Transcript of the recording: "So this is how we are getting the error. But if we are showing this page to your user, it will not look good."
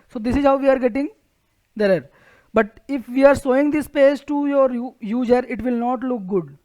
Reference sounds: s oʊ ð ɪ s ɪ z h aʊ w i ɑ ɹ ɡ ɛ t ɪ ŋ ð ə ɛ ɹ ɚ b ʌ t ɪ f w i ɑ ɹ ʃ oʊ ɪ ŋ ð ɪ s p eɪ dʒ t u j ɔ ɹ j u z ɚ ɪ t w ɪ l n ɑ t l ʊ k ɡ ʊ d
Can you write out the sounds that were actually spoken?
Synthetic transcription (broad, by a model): s oʊ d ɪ s ɪ z h aʊ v i ɑ ɹ ɡ ɛ t ɪ ŋ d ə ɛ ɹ b ʌ t ɪ f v i ɑ ɹ s oʊ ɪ ŋ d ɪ s p eɪ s t u j ɔ ɹ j u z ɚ ɪ t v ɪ l n ɑ t l ʊ k ɡ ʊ d